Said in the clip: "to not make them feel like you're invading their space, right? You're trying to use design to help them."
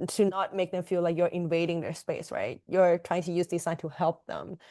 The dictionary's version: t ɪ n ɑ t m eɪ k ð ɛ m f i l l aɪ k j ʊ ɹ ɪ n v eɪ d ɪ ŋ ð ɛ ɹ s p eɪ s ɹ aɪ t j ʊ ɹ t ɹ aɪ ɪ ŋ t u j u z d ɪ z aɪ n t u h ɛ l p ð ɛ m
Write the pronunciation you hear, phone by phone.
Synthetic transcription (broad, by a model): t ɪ n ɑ t m eɪ k ð ɛ m f i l l aɪ k j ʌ ɹ ɪ n v eɪ d ɪ ŋ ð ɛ ɹ s p eɪ s ɹ aɪ t j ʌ ɹ t ɹ aɪ ɪ ŋ t u j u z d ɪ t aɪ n t u h ɛ l p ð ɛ m